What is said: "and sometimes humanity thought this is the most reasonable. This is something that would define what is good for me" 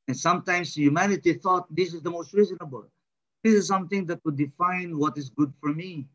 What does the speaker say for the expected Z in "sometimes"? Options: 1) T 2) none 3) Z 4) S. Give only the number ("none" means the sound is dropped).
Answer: 4